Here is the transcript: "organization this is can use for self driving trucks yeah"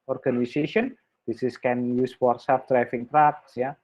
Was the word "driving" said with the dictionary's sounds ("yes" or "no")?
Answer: no